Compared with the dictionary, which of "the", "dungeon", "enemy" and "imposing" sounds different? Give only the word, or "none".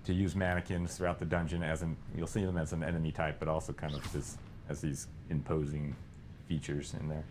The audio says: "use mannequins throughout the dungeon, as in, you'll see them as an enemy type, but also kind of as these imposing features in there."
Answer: none